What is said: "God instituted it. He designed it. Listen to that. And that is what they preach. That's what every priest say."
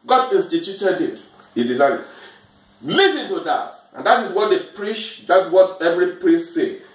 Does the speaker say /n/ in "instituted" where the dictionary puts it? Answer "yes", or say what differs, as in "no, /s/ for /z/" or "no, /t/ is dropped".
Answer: no, /n/ is dropped